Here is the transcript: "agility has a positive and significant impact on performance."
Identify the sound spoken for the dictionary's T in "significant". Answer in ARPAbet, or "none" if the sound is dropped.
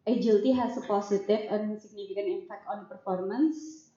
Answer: none